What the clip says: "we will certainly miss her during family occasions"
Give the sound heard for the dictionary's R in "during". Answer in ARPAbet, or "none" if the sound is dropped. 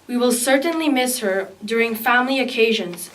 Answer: R